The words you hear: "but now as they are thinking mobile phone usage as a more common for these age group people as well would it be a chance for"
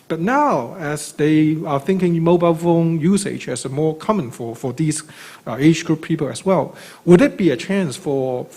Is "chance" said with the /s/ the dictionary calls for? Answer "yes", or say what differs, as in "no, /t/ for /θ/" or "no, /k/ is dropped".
yes